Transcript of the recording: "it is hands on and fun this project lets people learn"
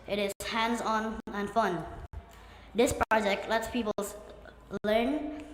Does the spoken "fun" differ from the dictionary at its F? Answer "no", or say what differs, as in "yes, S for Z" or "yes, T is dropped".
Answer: no